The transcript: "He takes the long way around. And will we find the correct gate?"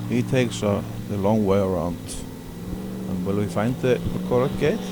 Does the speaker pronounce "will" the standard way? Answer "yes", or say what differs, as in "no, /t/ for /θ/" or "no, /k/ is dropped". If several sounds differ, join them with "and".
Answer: yes